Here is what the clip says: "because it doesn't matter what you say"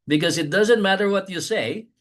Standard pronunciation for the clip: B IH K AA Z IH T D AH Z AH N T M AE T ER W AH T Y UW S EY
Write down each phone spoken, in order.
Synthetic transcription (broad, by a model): B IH K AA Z IH T D AH Z AH N T M AE T ER W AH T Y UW S EY